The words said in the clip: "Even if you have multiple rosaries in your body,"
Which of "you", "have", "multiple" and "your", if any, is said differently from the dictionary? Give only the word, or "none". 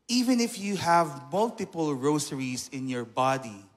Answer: none